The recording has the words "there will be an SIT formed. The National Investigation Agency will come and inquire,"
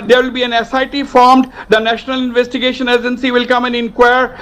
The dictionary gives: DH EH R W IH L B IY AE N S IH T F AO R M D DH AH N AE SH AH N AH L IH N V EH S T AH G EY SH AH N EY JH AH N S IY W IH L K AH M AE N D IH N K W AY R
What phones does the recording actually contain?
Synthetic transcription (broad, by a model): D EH R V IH L B IY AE N S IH T F AO R M D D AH N AE SH AH N AH L IH N V EH S T AH G EY SH AH N EY JH AH N S IY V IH L K AH M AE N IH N K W AY R